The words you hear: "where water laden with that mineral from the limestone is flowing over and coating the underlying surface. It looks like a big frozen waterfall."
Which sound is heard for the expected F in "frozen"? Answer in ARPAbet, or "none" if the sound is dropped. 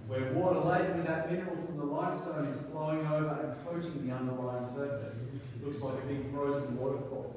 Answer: F